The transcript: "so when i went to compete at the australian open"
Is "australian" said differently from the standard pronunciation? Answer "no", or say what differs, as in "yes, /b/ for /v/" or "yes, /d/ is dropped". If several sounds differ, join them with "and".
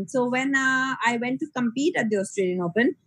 no